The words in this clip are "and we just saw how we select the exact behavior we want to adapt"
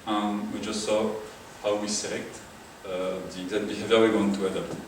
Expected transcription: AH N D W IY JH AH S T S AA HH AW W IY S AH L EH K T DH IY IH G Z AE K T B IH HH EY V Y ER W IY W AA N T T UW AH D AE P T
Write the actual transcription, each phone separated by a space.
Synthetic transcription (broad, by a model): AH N W IY JH AH S T S AA HH AW W IY S AH L EH K T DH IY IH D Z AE T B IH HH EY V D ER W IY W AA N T T UW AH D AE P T